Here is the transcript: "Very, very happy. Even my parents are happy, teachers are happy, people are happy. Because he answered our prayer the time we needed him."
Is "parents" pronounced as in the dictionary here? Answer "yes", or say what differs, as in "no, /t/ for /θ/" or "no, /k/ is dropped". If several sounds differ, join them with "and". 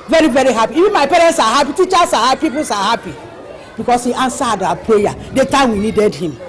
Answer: yes